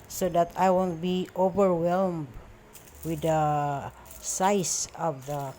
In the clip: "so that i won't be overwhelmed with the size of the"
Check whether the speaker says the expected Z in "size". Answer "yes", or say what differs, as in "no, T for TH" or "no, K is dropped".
no, S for Z